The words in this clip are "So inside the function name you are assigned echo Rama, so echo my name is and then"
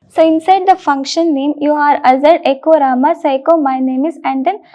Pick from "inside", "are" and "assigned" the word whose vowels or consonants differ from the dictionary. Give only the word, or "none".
assigned